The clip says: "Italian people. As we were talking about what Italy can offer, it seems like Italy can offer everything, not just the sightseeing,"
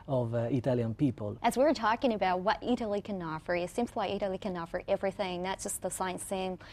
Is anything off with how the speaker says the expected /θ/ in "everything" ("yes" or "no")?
no